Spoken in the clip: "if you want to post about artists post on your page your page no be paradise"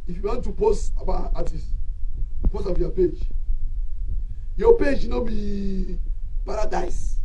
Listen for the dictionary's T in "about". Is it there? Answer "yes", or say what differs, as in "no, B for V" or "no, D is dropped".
no, T is dropped